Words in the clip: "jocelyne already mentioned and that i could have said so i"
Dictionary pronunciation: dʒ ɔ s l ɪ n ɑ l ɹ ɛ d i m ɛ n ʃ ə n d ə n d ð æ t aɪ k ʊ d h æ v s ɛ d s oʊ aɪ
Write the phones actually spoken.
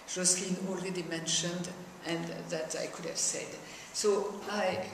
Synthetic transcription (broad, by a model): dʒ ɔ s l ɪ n ɑ l ɹ ɛ d i m ɛ n ʃ ə n d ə n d ð æ t aɪ k ʊ d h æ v s ɛ d s oʊ aɪ